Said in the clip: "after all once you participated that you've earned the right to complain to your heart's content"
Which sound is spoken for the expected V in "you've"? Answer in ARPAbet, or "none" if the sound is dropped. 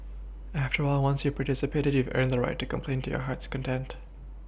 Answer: V